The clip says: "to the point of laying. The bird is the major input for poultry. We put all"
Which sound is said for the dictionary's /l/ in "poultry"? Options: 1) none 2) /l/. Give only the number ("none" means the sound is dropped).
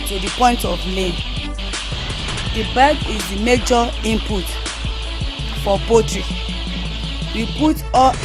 1